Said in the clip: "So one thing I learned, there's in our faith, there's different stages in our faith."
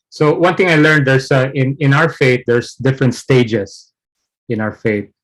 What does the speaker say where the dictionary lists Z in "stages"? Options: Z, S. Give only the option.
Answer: S